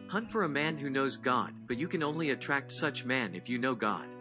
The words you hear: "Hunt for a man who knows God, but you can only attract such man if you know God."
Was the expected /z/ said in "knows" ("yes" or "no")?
yes